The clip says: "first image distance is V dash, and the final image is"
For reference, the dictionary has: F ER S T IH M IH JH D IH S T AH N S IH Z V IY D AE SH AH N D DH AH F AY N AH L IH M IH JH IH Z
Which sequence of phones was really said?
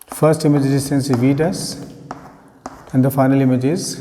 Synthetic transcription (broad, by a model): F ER S T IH M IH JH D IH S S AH N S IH V IY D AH S AH N D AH F AY N AH L IH M IH JH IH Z